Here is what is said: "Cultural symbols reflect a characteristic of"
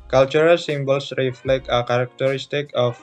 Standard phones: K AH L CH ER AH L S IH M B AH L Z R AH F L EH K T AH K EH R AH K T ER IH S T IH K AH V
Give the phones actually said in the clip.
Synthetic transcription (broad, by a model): K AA L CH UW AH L S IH M B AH L S R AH F L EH K AH K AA R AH K T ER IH S T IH K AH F